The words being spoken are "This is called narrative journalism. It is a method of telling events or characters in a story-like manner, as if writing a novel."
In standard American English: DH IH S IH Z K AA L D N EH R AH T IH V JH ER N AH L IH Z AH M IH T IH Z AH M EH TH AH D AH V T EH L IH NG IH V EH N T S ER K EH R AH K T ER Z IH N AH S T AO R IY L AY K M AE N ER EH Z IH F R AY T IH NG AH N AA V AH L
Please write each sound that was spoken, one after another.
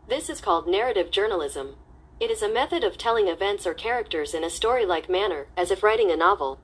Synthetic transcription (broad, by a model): DH IH S IH Z K AA L D N EH R AH T IH V JH ER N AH L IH Z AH M IH T IH Z AH M EH TH AH D AH V T EH L IH NG IH V EH N T S ER K EH R AH K T ER Z IH N AH S T AO R IY L AY K M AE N ER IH Z IH F R AY T IH NG AH N AA V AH L